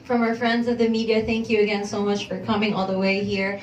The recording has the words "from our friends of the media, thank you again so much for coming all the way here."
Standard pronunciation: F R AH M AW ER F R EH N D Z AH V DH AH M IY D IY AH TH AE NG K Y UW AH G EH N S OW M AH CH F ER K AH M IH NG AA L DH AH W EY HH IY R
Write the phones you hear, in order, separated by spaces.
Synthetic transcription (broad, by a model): F R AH M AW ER F R EH N D Z AH V DH AH M IY D IY AH TH AE NG K Y UW AH G EH N S OW M AH CH F ER K AH M IH NG AA L DH AH W EY HH IY R